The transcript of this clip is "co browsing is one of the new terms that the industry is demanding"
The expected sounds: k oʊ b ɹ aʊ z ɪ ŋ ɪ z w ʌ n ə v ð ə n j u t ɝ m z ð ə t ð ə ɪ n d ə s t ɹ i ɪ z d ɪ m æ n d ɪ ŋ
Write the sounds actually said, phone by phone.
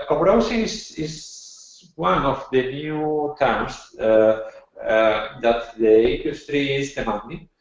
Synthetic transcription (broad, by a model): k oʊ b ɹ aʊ s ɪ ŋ ɪ z w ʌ n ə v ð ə n j u t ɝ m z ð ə t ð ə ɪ n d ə s t ɹ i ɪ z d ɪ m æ n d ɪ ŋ